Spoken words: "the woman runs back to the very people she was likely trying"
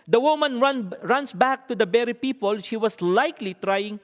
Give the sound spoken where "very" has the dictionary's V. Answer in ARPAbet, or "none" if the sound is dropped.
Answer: B